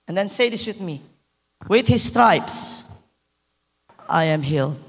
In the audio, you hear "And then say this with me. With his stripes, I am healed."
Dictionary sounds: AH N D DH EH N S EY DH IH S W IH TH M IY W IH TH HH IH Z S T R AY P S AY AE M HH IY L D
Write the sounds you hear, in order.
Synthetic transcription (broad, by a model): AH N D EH N S EY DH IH S W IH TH M IY W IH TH HH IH S T R AY P S AY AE M HH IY L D